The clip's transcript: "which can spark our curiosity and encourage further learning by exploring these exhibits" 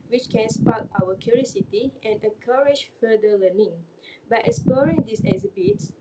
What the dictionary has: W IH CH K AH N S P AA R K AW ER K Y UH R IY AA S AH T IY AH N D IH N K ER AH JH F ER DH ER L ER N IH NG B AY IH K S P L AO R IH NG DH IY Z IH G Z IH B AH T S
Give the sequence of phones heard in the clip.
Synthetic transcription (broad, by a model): W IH CH K AH N S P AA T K AW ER K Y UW R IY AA S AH T IY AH N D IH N K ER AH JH F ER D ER L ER N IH NG B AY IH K S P AO R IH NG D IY S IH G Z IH B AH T S